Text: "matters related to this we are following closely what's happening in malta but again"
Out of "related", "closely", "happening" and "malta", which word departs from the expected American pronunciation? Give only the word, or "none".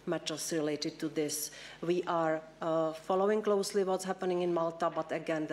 none